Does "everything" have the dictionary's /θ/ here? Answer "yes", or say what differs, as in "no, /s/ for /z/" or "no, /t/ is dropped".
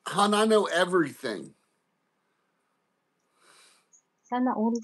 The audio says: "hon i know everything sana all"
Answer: yes